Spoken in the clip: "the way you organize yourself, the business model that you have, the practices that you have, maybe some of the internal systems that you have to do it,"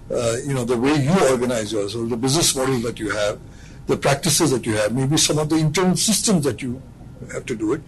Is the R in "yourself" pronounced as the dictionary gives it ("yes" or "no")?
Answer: no